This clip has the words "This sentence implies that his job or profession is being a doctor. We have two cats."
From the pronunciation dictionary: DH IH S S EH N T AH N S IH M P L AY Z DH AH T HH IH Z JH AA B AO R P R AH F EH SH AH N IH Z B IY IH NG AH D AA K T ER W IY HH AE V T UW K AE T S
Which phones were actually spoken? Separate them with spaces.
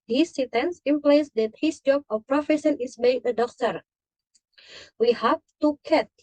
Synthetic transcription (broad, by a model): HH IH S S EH T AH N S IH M P L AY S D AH T HH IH S JH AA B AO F P R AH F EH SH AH N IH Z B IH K AH D AA K T ER W IY HH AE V T UW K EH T